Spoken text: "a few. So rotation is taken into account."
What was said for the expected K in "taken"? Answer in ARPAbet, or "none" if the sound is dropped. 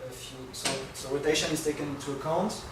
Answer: K